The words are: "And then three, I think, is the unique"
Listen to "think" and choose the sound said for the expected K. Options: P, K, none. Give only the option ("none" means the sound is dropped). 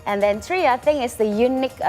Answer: none